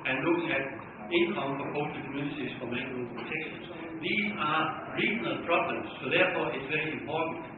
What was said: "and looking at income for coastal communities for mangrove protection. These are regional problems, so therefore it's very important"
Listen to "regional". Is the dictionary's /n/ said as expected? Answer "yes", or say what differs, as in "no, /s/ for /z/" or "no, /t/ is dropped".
yes